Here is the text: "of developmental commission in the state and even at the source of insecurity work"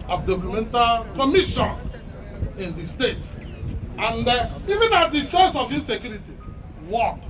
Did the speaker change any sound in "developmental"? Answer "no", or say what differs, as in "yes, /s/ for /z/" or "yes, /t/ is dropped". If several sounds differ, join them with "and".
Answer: yes, /p/ is dropped